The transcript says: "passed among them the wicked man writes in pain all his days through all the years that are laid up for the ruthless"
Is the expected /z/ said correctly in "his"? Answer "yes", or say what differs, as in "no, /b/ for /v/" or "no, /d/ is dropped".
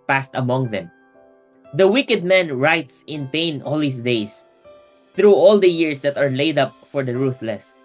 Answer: no, /s/ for /z/